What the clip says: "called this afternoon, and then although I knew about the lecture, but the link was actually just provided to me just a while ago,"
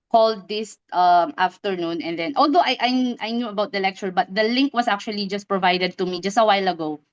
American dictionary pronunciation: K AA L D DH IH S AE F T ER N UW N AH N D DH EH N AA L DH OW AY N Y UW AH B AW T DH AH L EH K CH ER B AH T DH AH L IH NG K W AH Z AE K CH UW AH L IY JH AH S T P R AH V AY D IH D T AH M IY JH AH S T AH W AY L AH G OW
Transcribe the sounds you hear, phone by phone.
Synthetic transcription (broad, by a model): K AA L D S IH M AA F T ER N UW N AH N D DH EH N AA L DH OW AY N Y UW AH B AW T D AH L EH K CH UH B AH T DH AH L IH NG K W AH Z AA K CH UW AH L IY JH AH S T P R AH V AY D IH D T AH M IY JH AH S T AH W AY L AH G OW